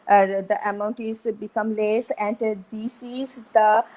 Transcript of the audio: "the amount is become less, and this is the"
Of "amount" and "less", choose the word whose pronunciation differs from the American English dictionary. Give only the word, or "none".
none